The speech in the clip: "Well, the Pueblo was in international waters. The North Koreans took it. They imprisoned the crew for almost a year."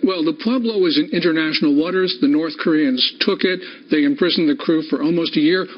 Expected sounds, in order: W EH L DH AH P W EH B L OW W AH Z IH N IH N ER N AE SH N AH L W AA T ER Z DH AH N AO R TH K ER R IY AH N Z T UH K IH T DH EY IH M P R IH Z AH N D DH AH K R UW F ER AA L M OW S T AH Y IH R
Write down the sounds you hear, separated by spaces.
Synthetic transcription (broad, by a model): W EH L DH AH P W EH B L OW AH Z IH N IH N ER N AE SH N L W AA T ER Z DH AH N AO R TH K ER R IY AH N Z T UH K IH T DH EY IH M P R IH Z N DH AH K R UW F ER AA L M OW S T AH Y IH R